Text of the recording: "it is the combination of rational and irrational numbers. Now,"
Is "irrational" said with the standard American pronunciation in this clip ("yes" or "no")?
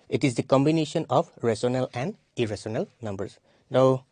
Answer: no